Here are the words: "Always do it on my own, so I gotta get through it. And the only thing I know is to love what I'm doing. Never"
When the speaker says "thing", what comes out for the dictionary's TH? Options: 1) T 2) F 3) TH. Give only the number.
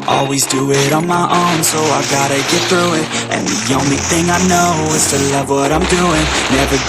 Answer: 3